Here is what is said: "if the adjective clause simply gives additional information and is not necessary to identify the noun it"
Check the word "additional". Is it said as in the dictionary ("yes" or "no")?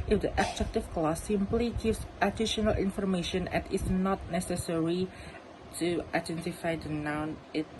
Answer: yes